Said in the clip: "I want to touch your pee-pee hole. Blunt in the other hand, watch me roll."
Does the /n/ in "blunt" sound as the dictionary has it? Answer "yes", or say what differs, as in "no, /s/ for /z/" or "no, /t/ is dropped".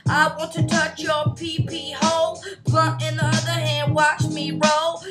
no, /n/ is dropped